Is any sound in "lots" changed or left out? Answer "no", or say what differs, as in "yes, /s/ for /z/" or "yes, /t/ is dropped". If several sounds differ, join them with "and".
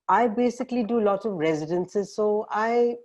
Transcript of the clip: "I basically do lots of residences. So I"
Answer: yes, /s/ is dropped